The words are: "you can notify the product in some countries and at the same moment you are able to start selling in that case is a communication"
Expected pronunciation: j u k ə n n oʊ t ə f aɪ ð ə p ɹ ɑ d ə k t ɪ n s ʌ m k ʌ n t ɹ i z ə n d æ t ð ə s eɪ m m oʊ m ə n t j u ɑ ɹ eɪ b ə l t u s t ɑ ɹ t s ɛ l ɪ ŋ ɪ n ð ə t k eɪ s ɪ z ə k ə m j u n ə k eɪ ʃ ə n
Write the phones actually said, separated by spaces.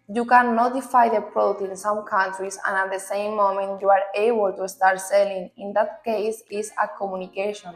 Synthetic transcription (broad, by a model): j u k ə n n oʊ t ə f aɪ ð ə p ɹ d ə t ɪ n s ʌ m k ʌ n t ɹ i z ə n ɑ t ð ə s eɪ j m oʊ m ə n t j u ɑ ɹ eɪ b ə l t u s t ɑ ɹ t s ɛ l ɪ ŋ ɪ n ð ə t k eɪ s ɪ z ə k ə m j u n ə k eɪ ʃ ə n